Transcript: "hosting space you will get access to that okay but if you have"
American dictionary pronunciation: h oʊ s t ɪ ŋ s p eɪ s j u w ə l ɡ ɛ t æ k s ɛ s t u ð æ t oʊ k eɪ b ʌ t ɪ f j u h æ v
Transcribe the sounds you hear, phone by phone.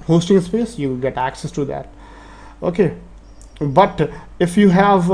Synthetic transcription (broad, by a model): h oʊ s t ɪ ŋ s p eɪ s j u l ɡ ɛ t æ k s ɛ s t u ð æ t oʊ k eɪ b ʌ t ɪ f j u h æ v